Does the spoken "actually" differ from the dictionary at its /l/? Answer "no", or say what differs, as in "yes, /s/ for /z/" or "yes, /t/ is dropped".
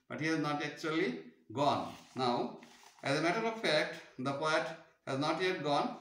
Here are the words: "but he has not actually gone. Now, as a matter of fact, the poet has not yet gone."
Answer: no